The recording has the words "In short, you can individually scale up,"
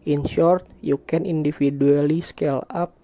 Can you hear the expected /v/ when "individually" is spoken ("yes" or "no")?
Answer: no